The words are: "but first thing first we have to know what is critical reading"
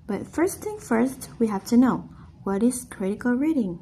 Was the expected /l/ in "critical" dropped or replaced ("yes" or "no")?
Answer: no